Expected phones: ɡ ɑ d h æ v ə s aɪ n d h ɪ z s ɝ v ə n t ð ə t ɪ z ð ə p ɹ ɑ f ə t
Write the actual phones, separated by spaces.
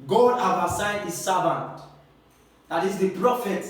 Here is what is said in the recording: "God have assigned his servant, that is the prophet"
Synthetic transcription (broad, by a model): ɡ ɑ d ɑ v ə s aɪ d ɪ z s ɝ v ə n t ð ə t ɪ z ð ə p ɹ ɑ f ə t